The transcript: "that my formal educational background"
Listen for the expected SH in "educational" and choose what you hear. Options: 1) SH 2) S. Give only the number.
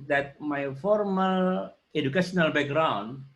2